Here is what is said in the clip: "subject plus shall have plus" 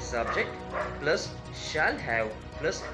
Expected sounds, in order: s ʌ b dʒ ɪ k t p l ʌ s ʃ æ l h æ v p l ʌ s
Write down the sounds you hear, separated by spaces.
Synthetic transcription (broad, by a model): s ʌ b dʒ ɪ k t p l ʌ s ʃ æ l h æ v p l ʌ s